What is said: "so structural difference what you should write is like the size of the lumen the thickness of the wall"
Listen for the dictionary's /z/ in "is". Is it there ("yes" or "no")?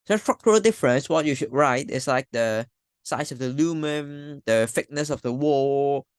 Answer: no